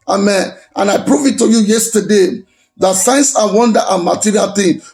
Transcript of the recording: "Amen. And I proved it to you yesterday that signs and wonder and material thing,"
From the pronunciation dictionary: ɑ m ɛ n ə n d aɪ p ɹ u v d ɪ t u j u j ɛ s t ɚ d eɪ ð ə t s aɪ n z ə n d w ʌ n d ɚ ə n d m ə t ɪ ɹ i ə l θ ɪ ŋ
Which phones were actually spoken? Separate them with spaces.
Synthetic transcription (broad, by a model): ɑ m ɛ n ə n aɪ p ɹ u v ɪ t u j u j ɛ s t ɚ d eɪ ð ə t s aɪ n s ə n w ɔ n d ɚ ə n m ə t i ɹ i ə l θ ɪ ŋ